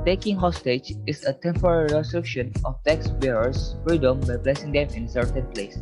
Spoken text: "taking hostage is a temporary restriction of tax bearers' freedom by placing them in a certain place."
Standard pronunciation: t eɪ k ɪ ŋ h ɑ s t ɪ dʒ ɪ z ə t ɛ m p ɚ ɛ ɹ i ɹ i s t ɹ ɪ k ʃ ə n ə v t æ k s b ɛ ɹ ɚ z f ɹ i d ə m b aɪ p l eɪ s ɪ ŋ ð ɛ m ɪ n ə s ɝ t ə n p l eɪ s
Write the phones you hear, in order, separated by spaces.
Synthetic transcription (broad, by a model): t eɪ k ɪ ŋ h ɑ s t ɪ dʒ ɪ s ə t ɛ m p ɚ ɛ ɹ i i s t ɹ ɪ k ʃ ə n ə f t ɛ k s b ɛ ɹ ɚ s f ɹ i d ə m b aɪ b l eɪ s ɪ ŋ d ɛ m ɪ n s ɝ t ə n p l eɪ s